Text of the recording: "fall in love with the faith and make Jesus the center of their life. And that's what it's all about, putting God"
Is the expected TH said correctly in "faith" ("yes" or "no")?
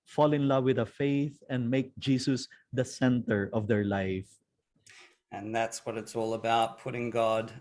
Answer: yes